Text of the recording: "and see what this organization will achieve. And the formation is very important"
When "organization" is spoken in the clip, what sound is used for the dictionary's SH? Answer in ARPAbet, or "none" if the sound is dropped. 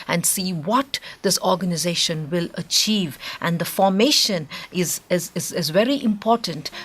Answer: SH